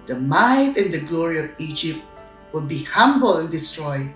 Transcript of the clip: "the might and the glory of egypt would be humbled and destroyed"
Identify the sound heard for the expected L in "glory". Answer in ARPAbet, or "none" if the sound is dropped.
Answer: L